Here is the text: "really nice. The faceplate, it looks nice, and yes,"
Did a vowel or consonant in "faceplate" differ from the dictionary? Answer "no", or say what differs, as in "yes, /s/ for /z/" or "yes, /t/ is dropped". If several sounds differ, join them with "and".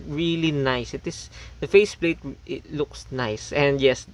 no